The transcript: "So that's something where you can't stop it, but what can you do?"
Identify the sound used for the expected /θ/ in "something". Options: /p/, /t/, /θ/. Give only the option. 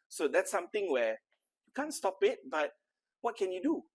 /t/